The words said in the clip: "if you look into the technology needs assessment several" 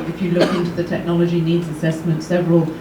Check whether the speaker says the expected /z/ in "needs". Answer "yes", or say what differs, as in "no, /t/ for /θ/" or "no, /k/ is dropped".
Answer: yes